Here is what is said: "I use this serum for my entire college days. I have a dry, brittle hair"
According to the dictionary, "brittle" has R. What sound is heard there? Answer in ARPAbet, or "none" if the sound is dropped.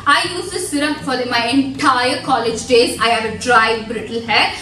R